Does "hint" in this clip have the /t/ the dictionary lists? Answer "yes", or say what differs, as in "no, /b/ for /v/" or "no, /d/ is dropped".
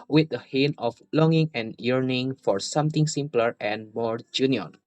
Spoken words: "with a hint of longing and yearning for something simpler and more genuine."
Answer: no, /t/ is dropped